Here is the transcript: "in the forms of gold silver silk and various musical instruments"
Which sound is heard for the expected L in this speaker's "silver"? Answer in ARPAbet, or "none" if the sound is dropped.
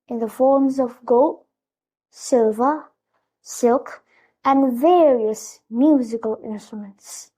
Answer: L